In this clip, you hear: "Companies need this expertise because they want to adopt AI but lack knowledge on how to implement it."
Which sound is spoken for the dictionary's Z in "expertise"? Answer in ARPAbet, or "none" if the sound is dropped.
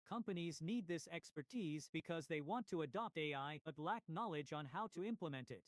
Z